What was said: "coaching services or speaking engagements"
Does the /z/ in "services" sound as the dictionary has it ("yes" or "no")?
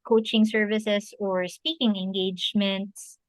no